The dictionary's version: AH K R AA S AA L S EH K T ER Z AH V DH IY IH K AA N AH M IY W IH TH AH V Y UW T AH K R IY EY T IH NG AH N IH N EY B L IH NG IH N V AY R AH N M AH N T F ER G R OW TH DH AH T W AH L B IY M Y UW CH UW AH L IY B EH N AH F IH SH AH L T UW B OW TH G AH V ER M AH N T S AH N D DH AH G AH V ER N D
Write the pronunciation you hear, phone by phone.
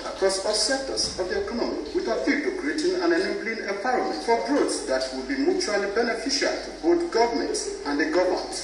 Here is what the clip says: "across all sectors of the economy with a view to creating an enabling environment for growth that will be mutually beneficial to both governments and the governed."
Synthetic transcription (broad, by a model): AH K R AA S AA L S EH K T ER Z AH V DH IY IH K AA N AH M IY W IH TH AH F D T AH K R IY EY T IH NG AH N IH N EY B L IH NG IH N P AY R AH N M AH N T F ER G R OW S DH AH T W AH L B IY M Y UW CH UW AH L IY B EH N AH F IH SH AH L T UW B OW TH G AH V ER M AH N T S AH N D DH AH G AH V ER N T